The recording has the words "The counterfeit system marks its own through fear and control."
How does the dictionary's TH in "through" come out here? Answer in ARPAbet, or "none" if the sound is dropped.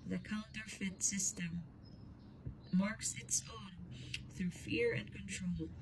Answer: TH